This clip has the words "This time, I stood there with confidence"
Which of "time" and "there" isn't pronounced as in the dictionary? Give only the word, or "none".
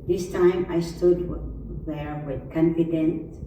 none